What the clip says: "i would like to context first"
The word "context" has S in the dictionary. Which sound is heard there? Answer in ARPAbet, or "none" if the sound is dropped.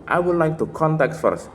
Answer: none